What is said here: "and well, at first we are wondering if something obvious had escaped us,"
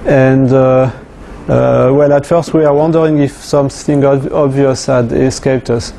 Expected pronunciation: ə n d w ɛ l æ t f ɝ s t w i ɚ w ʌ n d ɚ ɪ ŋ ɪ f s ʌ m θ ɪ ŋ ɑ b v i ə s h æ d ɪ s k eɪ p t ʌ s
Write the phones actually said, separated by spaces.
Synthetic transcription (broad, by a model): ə n d w ɛ l æ t f ɝ s t w i ɚ w ʌ n d ɚ ɪ ŋ ɪ f s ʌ m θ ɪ ŋ ɑ b v i ə s h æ d ɪ s k eɪ p t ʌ s